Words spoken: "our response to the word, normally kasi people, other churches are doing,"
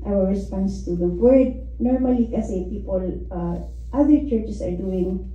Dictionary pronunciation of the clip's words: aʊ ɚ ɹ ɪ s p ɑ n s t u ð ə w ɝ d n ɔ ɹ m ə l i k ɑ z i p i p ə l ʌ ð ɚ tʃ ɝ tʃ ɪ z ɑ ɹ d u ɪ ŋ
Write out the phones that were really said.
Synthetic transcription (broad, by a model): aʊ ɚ ɹ ɪ s p ɑ n s t u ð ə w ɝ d n ɔ ɹ m ə l i k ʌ s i p i p ə l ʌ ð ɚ tʃ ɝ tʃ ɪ s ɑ ɹ d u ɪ ŋ